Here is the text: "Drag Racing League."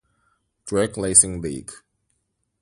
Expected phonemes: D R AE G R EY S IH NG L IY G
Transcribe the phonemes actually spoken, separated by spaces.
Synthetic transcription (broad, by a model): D R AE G L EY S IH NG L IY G